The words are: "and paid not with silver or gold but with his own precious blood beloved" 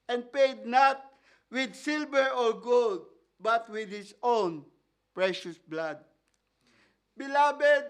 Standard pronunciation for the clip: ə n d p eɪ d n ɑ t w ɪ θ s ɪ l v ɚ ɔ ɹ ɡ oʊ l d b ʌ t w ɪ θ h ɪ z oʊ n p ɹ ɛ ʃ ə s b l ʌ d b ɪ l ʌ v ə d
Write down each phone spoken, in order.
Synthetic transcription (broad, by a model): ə n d p eɪ d n ɑ t w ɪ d s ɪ l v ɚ ɔ ɹ ɡ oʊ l d b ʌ t w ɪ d h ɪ s oʊ n p ɹ ɛ ʃ ə s b l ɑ d b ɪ l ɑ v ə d